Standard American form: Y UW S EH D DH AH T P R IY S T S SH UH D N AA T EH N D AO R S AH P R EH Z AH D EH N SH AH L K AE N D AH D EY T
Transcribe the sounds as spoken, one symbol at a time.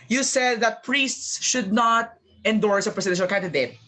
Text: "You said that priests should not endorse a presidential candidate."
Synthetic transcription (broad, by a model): Y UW S EH D DH AH T P R IY S T S SH UH D N AA T EH N D AO R S AH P R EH S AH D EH SH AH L K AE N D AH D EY T